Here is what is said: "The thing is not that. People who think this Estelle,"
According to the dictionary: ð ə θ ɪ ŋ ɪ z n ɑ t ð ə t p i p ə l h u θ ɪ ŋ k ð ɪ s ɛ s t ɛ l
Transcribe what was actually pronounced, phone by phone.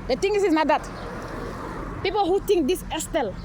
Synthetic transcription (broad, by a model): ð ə t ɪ ŋ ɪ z n ɑ t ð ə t p i p ə l h u t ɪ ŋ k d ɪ s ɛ s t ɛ l